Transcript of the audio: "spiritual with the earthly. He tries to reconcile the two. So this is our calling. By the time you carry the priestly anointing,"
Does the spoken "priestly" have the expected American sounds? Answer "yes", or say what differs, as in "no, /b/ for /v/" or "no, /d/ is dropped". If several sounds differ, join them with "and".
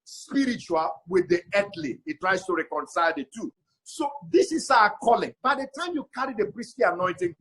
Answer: no, /b/ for /p/